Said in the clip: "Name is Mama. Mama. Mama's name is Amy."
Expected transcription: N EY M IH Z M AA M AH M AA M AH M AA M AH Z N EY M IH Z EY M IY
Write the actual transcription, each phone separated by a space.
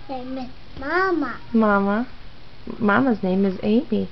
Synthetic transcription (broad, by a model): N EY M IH M AA M AH M AA M AH M AA M AH Z N EY M IH Z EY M IY